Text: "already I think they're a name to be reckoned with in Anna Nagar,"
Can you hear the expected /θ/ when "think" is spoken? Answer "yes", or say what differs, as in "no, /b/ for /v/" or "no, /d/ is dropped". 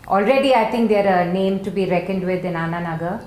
no, /t/ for /θ/